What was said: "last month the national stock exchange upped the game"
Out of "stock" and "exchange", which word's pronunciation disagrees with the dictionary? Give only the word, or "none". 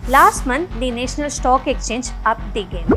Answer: exchange